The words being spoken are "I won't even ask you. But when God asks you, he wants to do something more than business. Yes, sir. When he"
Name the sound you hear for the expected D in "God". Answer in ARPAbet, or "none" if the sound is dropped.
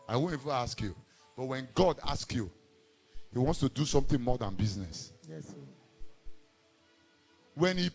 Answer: D